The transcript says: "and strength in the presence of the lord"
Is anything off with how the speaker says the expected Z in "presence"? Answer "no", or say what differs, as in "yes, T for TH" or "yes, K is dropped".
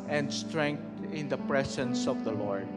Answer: yes, S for Z